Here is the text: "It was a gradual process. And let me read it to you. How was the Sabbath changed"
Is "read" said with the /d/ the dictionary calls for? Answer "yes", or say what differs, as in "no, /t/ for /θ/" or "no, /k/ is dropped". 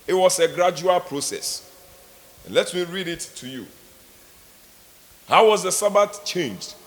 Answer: yes